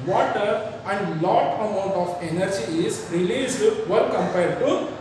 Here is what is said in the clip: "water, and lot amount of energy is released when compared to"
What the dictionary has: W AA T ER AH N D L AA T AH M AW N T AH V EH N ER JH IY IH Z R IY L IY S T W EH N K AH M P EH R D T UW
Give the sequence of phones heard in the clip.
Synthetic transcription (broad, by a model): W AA T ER AH N D L AA T AH M AW N T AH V EH N ER JH IY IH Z R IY L IY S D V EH L K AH M P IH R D T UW